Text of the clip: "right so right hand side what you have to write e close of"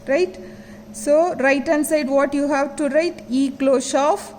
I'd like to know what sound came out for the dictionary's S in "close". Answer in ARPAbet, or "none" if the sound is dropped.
SH